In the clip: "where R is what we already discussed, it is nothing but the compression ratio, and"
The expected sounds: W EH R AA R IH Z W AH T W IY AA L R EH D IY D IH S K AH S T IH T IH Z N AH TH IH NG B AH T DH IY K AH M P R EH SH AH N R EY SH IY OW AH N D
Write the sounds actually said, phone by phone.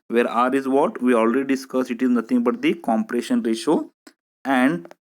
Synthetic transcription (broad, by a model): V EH R AA R IH Z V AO T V IY AA L R EH D IY D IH S K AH S IH T IH Z N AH T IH NG B AH T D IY K AH M P R EH SH AH N R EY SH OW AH N D